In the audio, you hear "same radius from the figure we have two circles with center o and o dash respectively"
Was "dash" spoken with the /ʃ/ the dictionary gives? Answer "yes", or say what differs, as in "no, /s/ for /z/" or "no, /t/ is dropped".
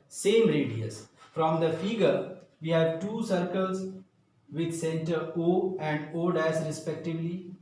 no, /s/ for /ʃ/